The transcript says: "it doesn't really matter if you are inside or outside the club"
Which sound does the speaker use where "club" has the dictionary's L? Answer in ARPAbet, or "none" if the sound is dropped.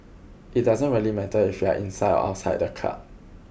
none